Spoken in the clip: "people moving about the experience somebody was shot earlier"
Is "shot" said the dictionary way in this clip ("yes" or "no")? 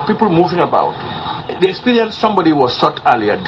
no